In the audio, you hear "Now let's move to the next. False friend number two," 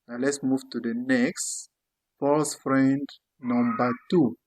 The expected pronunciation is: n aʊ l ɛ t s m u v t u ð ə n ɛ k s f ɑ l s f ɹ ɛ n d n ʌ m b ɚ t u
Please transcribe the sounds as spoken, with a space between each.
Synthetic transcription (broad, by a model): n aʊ l ɛ t s m u v t u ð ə n ɛ k s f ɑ s f ɹ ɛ n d n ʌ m b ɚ t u